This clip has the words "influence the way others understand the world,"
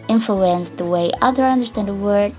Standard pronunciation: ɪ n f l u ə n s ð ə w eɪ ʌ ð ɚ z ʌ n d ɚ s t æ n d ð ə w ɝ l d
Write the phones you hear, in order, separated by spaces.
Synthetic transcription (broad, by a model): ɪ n f l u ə n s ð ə w eɪ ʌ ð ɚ ʌ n d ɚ s t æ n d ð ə w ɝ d